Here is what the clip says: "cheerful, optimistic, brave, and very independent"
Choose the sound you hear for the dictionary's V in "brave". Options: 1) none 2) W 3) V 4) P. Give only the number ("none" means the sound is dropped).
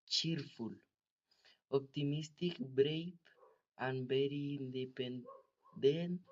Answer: 4